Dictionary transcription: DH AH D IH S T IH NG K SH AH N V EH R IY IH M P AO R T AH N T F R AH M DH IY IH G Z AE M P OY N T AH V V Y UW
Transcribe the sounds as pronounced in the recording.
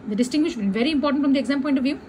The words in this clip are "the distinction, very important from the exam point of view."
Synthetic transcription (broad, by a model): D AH D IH S T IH NG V SH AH L V EH R IY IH M P AO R T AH N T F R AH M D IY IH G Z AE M P OY N T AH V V Y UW